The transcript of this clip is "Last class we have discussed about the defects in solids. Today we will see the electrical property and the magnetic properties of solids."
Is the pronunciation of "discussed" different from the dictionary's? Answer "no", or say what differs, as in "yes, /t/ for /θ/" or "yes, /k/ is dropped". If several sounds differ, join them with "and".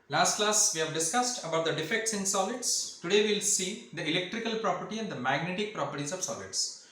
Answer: no